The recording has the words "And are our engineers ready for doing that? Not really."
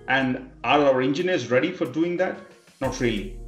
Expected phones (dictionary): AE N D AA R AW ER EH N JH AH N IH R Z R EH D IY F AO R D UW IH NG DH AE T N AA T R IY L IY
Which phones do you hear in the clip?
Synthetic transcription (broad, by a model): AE N D AA R AW ER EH N JH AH N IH R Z R EH D IY F AO R D UW IH NG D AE T N AA T R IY L IY